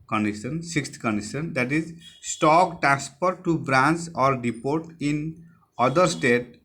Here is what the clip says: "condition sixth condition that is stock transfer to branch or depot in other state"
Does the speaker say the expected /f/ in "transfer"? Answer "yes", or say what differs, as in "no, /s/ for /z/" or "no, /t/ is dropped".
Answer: no, /p/ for /f/